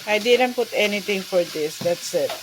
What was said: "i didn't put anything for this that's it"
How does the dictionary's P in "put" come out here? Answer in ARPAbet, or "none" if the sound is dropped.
P